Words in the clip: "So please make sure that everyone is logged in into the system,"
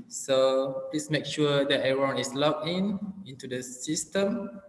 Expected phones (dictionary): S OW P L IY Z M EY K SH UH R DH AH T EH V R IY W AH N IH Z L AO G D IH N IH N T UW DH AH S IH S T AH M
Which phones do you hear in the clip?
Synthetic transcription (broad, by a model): S OW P L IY S M EY K SH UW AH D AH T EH R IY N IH S L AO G IH N IH N T UW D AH S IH S T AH M